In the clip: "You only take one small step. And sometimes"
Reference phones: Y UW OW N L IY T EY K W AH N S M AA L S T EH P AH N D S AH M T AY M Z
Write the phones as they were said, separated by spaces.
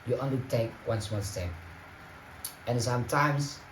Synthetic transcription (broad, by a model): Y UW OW N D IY T EY K W AH N S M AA N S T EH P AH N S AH M T AY M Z